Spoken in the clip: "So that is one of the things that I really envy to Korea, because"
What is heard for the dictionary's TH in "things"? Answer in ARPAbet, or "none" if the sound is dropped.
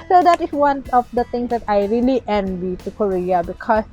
T